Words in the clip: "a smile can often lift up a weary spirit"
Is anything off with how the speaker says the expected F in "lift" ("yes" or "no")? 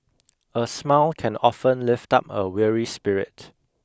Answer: no